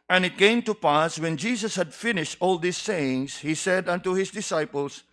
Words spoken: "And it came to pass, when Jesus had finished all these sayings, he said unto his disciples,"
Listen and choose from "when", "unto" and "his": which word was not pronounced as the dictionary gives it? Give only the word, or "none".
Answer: his